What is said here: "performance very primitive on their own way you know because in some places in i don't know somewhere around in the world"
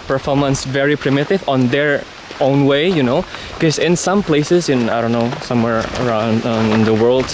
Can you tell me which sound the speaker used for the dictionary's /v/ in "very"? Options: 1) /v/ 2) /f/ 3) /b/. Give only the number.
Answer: 1